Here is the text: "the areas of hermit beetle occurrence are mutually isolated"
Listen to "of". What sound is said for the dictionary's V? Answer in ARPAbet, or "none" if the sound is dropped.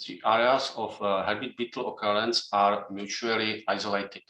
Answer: F